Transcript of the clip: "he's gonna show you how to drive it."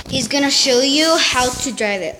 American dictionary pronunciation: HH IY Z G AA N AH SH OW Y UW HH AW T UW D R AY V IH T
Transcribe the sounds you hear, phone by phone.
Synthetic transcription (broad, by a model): HH IY Z G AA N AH SH OW Y UW HH AW T UW D R AY V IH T